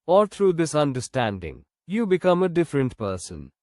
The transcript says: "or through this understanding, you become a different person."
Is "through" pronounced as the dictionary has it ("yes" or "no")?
no